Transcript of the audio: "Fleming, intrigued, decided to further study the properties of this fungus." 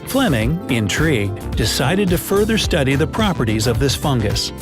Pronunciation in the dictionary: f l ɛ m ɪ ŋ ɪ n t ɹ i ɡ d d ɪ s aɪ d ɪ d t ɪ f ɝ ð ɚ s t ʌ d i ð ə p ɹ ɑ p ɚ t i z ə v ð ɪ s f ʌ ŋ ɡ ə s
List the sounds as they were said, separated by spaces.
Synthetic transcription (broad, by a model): f l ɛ m ɪ ŋ ɪ n t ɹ i ɡ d d ɪ s aɪ d ɪ d t ɪ f ɝ ð ɚ s t ʌ d i ð ə p ɹ ɑ p ɚ t i z ə v ð ɪ s f ʌ ŋ ɡ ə s